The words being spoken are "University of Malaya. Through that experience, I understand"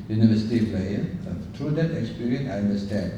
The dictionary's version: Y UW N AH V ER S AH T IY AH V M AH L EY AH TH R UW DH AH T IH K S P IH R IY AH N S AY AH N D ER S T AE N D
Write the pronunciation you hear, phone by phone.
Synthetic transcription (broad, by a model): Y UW N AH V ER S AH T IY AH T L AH EY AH T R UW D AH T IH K S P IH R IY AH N AY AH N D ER S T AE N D